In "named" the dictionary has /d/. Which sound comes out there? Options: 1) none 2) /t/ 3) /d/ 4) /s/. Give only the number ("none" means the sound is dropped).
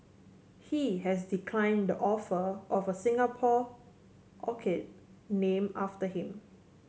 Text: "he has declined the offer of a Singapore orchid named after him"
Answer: 1